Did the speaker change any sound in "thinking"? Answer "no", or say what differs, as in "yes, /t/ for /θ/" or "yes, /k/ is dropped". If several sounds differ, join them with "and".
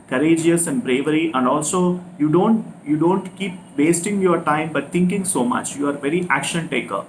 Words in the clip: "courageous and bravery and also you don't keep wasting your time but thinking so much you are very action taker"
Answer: yes, /t/ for /θ/